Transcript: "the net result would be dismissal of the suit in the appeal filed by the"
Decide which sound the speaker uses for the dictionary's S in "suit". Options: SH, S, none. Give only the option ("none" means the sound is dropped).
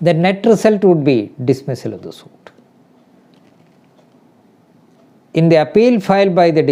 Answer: S